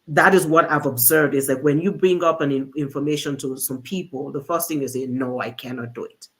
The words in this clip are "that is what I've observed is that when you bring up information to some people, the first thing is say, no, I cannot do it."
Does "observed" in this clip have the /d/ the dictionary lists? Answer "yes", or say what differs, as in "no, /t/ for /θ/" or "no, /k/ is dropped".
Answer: yes